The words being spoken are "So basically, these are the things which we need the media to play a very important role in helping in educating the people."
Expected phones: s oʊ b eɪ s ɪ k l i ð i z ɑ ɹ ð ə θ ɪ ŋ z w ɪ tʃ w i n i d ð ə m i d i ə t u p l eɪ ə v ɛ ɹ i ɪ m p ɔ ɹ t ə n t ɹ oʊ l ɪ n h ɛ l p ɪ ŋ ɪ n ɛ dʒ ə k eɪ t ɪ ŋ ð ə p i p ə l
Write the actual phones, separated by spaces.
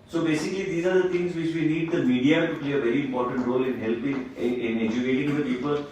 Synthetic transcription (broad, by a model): s oʊ b eɪ s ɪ k l i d i z ɑ ɹ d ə t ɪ ŋ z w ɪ tʃ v i n i d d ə m i d i ə t u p l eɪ ə v ɛ ɹ i ɪ m p ɔ ɹ t ə n t ɹ oʊ l ɪ n h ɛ l p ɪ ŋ ɪ n ɛ dʒ ə k eɪ t ɪ ŋ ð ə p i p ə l